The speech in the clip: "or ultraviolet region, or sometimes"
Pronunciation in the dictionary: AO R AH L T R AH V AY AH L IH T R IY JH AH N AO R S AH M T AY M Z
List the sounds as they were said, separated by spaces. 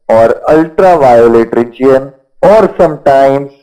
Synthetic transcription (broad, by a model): AO R AH L T R AH V AY AH L IH T R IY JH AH N AO R S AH M T AY M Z